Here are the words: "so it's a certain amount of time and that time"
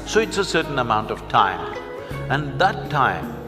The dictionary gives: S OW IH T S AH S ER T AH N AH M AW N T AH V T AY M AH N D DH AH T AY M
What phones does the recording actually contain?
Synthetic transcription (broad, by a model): S OW IH T S AH S ER T N AH M AW N T AH V T AY M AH N DH AH T AY M